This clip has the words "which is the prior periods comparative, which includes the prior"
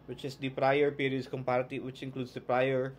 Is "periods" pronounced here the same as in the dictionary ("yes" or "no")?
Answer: no